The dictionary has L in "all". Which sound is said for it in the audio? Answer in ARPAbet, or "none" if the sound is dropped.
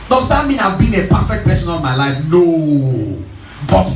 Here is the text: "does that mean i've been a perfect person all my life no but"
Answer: N